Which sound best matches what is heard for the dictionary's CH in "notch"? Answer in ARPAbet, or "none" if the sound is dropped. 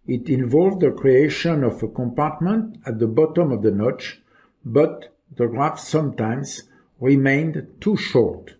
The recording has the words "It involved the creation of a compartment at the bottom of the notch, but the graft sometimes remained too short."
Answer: CH